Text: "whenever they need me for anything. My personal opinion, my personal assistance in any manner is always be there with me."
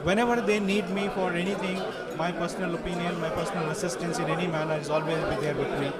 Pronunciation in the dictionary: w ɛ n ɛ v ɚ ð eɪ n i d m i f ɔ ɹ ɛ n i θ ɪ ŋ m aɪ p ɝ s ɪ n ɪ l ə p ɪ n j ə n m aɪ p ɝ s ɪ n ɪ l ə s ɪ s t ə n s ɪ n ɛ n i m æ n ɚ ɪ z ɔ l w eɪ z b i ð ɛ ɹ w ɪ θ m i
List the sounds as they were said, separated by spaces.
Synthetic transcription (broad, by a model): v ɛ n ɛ v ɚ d eɪ n i d m i f ɔ ɹ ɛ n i t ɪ ŋ m aɪ p ɝ s ɪ n ɪ l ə p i n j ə n m aɪ p ɝ s ɪ n ɪ l ə s ɪ s t ə n s ɪ n ɛ n i m æ n ɚ ɪ z ɔ l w eɪ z b i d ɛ ɹ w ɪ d m i